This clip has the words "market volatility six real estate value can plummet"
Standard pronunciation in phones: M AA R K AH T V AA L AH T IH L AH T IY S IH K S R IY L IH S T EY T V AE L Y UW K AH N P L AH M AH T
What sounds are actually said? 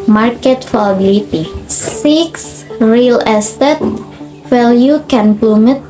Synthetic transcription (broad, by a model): M AA R K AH T F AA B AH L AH T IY S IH K S R IY L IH S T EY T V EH L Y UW K AH N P L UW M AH T